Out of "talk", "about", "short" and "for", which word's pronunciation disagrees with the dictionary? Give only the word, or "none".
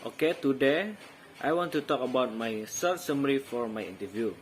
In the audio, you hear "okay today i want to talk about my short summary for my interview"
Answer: short